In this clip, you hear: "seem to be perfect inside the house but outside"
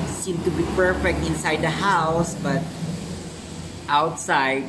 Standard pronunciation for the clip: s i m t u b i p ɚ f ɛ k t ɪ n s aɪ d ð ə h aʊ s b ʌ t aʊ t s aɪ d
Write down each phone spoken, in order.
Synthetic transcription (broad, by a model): s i m t u b i p ɚ f ɛ k t ɪ n s aɪ d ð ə h aʊ s b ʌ t aʊ t s aɪ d